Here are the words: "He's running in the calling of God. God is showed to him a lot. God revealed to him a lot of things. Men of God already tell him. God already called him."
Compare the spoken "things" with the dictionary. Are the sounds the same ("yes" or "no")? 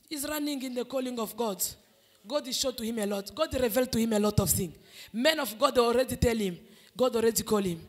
no